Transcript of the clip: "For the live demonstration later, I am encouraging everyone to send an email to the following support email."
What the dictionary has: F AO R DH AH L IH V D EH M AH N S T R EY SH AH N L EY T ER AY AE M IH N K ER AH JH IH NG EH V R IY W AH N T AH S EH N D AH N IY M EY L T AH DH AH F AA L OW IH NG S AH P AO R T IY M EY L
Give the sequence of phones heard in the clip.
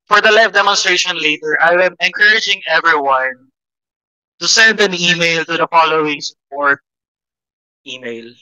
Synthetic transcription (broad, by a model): F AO R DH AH L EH F D EH M AH N S T R EY SH AH N L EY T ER AY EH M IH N K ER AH JH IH NG EH V R IY W AH N T AH S EH N D AH N IY M EY L T AH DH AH F AA L OW IH NG S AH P AO R T IY M EY L